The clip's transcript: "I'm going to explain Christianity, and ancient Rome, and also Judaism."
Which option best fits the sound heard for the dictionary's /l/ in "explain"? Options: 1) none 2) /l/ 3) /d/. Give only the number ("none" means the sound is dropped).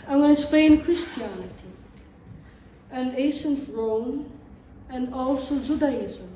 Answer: 1